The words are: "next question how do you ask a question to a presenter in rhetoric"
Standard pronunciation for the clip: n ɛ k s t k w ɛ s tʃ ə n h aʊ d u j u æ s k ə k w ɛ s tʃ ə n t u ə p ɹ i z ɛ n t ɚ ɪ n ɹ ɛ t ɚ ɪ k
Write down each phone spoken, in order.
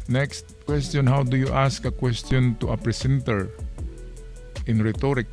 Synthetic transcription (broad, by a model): n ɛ k s t k w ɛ s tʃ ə n h aʊ d u j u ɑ s k ə k w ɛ s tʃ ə n t u ə p ɹ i s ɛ n t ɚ ɪ n ɹ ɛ t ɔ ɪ k